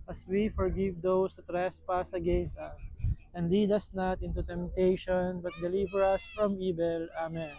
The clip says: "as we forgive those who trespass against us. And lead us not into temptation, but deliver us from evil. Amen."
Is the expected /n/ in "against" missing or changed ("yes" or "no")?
no